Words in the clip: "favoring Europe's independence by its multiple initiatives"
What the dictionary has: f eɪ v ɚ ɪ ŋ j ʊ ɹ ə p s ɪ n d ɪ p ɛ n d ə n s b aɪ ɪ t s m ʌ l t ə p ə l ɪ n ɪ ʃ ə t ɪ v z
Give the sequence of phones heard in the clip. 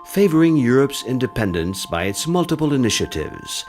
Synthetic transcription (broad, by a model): f eɪ v ɚ ɪ ŋ j ʊ ɹ ə p s ɪ n d ɪ p ɛ n d ə n s b aɪ ɪ t s m ʌ l t ə p ə l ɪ n ɪ ʃ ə t ɪ v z